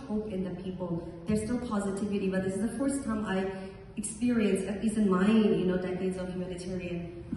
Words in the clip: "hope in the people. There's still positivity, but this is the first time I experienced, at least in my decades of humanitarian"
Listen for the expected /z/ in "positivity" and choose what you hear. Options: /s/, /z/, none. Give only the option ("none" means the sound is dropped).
/z/